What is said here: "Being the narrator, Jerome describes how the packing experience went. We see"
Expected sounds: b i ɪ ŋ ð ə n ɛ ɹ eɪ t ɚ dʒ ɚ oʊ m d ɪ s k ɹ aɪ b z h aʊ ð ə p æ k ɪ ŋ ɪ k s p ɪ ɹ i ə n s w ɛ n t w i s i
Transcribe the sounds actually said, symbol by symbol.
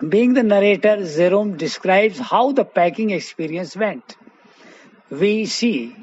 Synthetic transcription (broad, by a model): b i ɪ ŋ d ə n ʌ ɹ eɪ t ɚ z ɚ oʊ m d ɪ s k ɹ aɪ b z h aʊ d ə p æ k ɪ ŋ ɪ k s p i ɹ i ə n s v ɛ n t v i s i